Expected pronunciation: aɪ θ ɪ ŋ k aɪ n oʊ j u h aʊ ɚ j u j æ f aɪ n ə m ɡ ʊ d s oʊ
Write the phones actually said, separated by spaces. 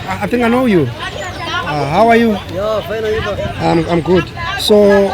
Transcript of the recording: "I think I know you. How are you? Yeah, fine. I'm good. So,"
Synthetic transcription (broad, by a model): aɪ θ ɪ ŋ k aɪ n oʊ j u h aʊ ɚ j u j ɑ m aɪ ə m ɡ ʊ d s oʊ